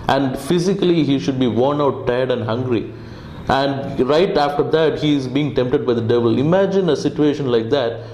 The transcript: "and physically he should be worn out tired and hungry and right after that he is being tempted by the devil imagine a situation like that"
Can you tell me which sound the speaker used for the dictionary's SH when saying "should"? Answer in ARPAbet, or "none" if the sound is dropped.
SH